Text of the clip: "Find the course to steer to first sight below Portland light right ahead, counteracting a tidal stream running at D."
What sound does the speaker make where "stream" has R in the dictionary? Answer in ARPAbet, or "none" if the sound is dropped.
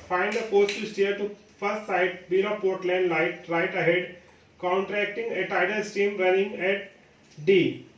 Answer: none